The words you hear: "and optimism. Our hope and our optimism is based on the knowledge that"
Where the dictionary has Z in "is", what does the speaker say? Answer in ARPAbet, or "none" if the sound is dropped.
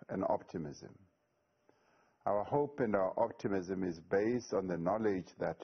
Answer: Z